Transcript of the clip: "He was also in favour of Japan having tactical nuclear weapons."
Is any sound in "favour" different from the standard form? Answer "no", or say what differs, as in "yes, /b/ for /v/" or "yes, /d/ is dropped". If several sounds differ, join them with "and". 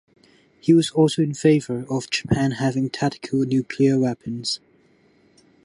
no